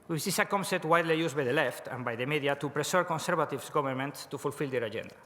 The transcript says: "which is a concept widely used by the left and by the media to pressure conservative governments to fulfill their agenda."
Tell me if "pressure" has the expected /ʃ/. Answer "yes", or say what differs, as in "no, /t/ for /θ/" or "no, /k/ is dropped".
no, /s/ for /ʃ/